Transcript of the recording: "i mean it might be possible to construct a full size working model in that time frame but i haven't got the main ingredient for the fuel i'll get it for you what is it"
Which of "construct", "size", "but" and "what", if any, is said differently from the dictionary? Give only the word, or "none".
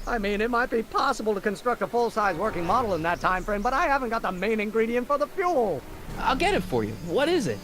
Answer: none